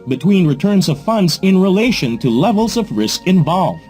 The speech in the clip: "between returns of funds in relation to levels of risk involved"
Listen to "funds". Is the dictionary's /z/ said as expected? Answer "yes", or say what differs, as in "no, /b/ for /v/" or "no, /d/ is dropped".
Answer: yes